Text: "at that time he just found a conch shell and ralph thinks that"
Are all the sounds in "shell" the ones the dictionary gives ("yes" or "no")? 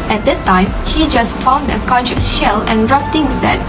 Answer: yes